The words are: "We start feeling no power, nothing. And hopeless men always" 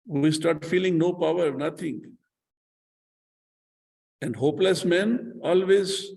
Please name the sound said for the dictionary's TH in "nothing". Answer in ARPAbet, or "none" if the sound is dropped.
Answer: T